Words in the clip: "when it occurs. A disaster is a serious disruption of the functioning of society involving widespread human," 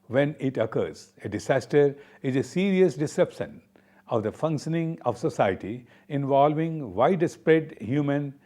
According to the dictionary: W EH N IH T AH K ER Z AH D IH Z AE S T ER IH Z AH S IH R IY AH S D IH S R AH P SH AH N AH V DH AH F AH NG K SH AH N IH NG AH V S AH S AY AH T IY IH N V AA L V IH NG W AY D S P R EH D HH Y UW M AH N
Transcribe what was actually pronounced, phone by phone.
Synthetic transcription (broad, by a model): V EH N IH T AH K ER Z AH D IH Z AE S T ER IH Z AH S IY R IY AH S D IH S EH P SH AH N AH V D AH F AH NG K SH AH N IH NG AH V S AH S AY AH T IY IH N V AA L V IH NG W AY D S P R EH D HH Y UW M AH N